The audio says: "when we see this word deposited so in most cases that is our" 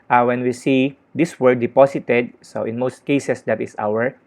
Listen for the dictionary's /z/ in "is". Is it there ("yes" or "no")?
no